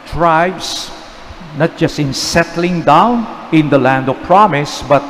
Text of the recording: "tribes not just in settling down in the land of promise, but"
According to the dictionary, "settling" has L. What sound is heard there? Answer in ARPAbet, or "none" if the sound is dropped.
L